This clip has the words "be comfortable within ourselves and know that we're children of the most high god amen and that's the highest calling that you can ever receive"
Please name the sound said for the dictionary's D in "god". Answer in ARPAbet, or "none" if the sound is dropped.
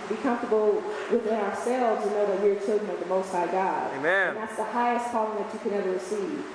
none